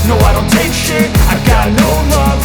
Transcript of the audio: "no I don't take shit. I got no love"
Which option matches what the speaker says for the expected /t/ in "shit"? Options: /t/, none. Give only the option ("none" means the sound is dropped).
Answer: none